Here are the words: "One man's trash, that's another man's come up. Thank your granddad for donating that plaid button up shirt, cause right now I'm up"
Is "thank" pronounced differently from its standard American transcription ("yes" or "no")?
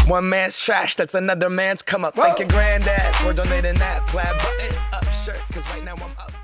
yes